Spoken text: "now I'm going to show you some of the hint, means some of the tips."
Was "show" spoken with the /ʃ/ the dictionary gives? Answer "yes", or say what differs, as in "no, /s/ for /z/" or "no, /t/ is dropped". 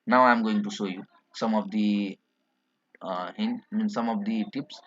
no, /s/ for /ʃ/